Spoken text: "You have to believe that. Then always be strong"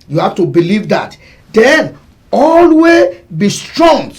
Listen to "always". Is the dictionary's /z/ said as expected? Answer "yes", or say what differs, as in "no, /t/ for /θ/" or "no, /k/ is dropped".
no, /z/ is dropped